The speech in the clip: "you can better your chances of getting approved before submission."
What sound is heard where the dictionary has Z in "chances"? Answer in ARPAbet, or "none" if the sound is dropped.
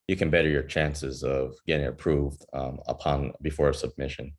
Z